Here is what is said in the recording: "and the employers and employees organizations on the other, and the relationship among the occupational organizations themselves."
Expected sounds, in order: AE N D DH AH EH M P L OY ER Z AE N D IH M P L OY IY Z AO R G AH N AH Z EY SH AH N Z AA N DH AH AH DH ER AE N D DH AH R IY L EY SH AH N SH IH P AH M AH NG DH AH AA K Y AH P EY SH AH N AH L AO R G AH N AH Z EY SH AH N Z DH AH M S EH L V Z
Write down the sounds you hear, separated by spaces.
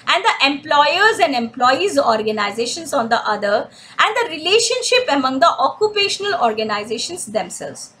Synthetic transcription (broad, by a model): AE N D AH EH M P L OY ER Z AE N D IH M P L OY IY Z AO R G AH N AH Z EY SH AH N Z AA N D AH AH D ER AE N D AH R IY L EY SH AH N SH IH P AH M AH NG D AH AA K Y AH P EY SH AH N AH L AO R G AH N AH Z EY SH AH N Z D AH M S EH L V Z